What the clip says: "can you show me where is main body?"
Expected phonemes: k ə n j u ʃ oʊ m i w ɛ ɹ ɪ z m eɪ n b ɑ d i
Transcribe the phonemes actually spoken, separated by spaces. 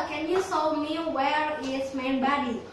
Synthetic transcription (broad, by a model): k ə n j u s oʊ m i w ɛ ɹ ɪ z m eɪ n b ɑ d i